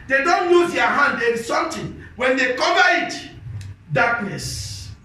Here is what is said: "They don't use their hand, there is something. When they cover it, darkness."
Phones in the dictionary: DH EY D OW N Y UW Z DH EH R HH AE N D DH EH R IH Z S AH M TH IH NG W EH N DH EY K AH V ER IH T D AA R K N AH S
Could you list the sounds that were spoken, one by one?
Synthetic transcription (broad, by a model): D EY D OW N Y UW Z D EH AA HH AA N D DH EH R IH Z S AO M T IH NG W EH N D EY K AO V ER IH T D AA K N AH S